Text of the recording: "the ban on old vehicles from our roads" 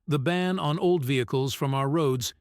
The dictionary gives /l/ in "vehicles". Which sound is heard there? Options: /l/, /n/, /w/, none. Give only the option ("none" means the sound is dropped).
/l/